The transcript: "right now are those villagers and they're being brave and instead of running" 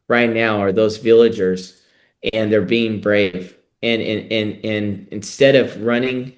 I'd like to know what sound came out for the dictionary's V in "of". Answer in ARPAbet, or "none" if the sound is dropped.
V